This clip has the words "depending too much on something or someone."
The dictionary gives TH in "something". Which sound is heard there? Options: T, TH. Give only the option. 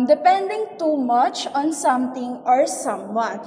T